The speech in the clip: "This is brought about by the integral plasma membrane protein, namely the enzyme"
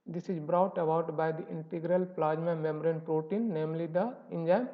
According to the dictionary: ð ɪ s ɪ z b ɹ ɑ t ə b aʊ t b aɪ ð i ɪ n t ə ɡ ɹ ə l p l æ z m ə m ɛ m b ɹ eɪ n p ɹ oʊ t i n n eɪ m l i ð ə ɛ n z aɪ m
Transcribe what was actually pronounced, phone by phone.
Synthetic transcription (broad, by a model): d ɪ s ɪ z b ɹ ɑ t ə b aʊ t b aɪ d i ɪ n t ə ɡ ɹ ə l p l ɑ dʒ m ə m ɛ m ɹ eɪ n p ɹ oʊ t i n n eɪ m l i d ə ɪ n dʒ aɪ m